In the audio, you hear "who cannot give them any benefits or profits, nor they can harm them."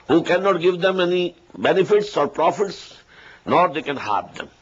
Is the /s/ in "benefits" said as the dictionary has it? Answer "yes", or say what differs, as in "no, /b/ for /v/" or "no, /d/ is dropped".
yes